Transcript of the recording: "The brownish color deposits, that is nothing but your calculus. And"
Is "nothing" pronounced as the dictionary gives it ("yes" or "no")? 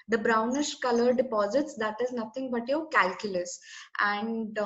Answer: no